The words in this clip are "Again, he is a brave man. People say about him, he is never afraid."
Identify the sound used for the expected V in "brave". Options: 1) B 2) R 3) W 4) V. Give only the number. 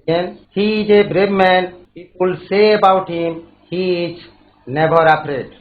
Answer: 1